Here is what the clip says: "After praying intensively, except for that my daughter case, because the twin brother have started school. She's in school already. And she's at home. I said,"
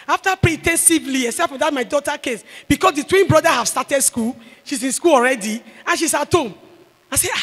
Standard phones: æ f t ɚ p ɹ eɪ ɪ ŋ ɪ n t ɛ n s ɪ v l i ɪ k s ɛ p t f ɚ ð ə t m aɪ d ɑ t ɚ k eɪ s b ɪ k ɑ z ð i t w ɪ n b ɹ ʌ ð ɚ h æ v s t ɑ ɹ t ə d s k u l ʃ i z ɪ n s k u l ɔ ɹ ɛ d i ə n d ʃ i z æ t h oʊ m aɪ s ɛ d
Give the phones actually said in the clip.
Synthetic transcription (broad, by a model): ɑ f t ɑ p ɹ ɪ t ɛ n s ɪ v l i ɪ s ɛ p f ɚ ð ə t m aɪ d ɑ t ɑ k eɪ s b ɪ k ɑ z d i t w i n b ɹ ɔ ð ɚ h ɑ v s t ɑ t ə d s k u l ʃ i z ɪ n s k u l ɔ ɹ ɛ d i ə n ʃ i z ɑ t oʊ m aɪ s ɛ